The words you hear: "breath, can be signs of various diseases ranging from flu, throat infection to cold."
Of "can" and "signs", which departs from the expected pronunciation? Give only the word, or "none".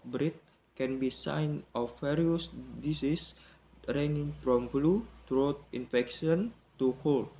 signs